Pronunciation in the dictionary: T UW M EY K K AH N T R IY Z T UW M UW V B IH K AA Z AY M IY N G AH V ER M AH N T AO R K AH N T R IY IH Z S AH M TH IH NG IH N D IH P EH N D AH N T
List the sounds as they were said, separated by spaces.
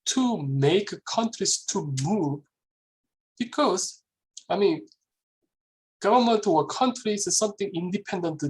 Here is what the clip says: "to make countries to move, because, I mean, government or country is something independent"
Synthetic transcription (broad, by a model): T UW M EY K K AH N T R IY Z T UW M UW V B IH K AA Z AY M IY N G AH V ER M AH N T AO W K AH N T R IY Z S AH M TH IH NG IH N D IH P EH N D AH N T